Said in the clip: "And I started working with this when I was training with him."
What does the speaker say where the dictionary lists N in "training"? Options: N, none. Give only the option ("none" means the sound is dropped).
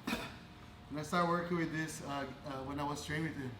none